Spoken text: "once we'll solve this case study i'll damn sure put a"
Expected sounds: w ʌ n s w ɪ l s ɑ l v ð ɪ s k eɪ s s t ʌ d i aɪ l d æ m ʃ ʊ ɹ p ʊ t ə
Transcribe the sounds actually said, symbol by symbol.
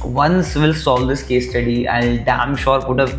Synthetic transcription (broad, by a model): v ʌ n s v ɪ l s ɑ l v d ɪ s k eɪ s s t ʌ d i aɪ n d æ m ʃ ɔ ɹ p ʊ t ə